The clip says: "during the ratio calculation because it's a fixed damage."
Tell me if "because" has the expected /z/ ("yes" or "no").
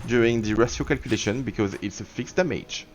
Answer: yes